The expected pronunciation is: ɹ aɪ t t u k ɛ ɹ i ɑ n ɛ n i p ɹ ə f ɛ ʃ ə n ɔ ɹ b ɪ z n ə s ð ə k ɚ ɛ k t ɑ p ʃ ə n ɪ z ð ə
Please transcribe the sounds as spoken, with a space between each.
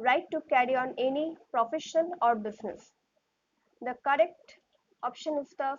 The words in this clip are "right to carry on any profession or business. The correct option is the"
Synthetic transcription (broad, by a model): ɹ aɪ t t u k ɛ ɹ i ɑ n ɛ n i p ɹ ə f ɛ ʃ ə l ɔ ɹ b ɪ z n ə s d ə k ɚ ɛ k t ɑ p ʃ ə n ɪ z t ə